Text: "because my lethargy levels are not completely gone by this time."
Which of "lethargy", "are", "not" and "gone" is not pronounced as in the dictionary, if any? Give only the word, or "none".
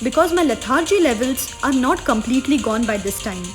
lethargy